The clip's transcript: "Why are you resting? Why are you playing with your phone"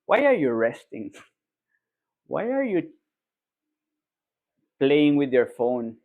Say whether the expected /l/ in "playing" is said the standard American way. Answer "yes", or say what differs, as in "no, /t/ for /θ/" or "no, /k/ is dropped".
yes